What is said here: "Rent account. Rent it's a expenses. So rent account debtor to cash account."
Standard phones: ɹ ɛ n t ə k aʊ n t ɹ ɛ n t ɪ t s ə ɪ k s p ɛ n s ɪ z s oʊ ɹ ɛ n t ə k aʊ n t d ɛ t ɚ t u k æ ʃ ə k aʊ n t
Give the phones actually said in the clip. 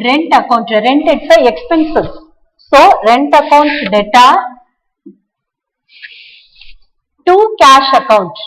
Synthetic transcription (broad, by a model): ɹ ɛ n t ə k aʊ n t ɹ ɛ n t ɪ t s ə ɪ k s p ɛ n s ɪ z s oʊ ɹ ɛ n t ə k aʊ n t d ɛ t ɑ t u k æ ʃ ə k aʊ n t